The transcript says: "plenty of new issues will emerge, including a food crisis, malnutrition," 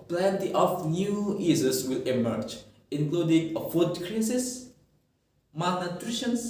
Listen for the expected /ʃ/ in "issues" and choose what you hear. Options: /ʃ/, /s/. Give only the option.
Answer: /s/